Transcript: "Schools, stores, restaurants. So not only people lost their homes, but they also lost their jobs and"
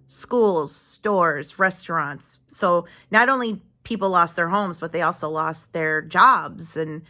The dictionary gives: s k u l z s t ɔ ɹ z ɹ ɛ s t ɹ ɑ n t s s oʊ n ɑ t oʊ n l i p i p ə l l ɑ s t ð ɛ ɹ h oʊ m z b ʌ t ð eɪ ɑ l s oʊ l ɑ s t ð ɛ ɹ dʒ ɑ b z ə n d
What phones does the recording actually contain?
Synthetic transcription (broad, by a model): s k u l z s t ɔ ɹ z ɹ ɛ s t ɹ ɑ n t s s oʊ n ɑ t oʊ n l i p i p l l ɑ s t ð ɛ ɹ h oʊ m z b ʌ t ð eɪ ɑ l s oʊ l ɑ s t ð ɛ ɹ dʒ ɑ b z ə n